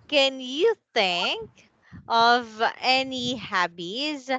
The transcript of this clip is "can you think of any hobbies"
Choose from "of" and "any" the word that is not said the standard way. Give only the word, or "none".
none